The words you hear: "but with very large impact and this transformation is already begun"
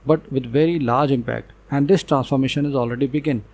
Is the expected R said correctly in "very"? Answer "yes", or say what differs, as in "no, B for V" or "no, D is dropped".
yes